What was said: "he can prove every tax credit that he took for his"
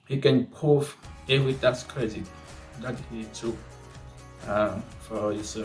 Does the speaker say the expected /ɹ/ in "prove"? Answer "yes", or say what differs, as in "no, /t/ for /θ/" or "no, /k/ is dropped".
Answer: no, /ɹ/ is dropped